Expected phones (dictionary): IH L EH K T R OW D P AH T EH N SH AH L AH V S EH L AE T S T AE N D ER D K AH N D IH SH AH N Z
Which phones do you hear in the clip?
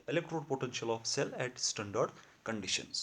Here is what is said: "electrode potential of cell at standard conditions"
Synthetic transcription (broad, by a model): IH L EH K T R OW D P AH T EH N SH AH L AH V S EH L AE T S T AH N D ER D K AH N D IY SH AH N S